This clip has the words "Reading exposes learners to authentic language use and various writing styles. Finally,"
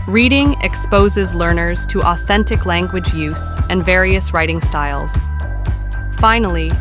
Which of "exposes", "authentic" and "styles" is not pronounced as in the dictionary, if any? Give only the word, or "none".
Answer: none